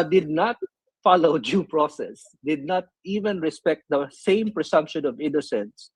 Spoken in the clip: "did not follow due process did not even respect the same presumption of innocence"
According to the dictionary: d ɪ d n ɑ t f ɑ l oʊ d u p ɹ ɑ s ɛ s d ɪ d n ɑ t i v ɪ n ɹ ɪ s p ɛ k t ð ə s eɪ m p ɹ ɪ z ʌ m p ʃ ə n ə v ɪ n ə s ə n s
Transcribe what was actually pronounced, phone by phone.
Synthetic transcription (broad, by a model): d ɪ d n ɑ t f ɑ l oʊ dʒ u p ɹ ɑ s ɛ s d ɪ d n ɑ t i v ɪ n ɹ ɪ s p ɛ k t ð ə s eɪ m p ɹ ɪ s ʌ m p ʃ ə n ə v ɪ n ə s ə n s